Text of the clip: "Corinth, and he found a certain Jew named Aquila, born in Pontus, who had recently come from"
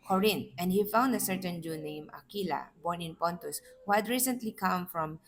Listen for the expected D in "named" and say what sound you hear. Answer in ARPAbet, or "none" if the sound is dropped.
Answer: none